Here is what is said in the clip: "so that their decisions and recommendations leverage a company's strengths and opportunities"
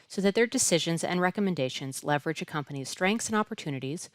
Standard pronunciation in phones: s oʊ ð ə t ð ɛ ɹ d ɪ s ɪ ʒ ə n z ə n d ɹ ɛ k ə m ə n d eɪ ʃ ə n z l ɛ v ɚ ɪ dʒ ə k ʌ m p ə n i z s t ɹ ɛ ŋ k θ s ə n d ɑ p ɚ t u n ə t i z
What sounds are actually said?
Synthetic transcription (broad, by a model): s oʊ ð ə t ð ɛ ɹ d ɪ s ɪ ʒ ə n z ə n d ɹ ɛ k ə m ə n d eɪ ʃ ə n z l ɛ v ɚ ɪ dʒ ə k ʌ m p ə n i z s t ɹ ɛ ŋ k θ s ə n ɑ p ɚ t u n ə t i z